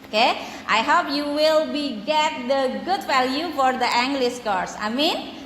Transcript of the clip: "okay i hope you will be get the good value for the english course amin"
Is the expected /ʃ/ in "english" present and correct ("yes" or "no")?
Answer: no